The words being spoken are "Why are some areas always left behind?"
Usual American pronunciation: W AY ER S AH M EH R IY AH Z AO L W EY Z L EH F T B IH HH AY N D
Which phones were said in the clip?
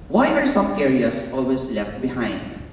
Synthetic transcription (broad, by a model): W AY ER S AH M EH R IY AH S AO L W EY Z L EH F T B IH HH AY N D